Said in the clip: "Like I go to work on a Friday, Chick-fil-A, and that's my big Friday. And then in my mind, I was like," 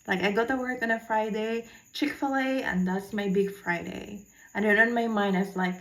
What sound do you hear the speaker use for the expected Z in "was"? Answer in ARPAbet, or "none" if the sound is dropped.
S